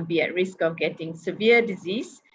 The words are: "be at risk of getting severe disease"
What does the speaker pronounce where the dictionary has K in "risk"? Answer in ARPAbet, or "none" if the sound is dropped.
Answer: K